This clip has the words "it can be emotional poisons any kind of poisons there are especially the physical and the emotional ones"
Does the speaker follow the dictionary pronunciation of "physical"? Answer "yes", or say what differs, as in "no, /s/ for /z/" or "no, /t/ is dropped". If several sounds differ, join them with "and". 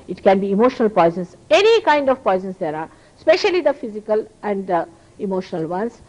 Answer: yes